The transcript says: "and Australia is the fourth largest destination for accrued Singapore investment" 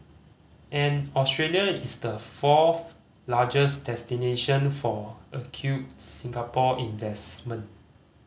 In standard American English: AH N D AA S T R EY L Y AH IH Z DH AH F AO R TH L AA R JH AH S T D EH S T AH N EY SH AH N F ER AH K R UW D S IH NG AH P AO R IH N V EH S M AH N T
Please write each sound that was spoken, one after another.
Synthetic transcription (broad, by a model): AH N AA S T R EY L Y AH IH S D AH F AO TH L AA JH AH S D EH S T AH N EY SH AH N F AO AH K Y UW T S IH NG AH P AO IH N V EH S M AH N T